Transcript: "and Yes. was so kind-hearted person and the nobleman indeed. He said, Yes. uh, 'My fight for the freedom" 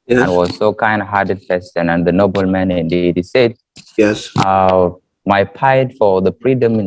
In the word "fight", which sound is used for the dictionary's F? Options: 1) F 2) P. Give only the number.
2